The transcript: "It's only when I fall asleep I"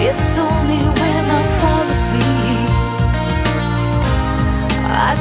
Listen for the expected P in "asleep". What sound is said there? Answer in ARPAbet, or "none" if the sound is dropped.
none